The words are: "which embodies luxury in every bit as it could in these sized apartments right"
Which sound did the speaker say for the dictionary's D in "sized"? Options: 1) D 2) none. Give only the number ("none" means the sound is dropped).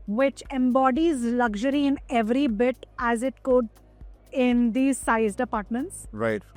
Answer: 1